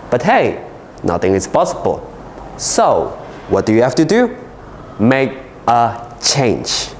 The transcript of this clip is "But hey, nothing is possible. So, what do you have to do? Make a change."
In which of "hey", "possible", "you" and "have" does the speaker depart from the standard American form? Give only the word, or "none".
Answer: have